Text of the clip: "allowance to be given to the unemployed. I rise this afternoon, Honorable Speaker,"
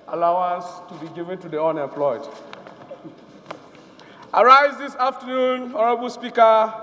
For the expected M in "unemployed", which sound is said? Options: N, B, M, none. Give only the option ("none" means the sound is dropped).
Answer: none